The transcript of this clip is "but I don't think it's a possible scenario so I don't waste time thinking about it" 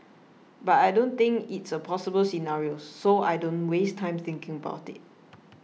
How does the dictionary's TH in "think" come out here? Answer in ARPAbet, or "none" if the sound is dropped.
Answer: T